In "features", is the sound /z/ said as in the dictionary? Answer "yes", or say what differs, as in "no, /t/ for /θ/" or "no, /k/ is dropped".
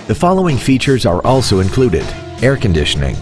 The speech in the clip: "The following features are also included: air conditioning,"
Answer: yes